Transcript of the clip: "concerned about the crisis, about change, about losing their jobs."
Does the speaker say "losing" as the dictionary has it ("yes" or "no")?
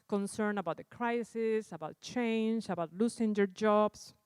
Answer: no